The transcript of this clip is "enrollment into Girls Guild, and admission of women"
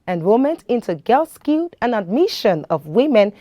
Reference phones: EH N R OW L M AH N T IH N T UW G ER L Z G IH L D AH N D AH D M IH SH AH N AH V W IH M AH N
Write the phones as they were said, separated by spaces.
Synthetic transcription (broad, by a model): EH N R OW M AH N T IH N T UW G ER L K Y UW D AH N AH D M IH SH AH N AH V W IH M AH N